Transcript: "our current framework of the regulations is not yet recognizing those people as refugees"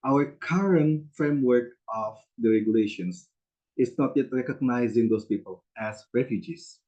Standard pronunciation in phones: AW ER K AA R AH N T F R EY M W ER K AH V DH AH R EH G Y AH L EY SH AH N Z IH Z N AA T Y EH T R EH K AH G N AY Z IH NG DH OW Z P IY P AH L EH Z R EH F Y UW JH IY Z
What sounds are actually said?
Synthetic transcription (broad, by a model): AW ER K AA R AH N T F R EY M W ER K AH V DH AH R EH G Y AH L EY SH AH N S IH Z N AA T Y EH T R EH K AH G N AY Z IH NG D OW S P IY P AH L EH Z R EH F Y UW JH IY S